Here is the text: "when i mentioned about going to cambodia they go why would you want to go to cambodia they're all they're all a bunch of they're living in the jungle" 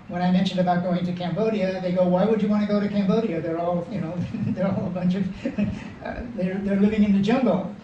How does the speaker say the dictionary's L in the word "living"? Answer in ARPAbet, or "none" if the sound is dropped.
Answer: L